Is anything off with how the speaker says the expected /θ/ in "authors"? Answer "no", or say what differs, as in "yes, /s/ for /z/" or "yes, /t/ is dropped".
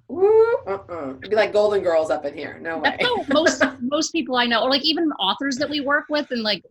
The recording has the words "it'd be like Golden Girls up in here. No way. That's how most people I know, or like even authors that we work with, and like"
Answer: no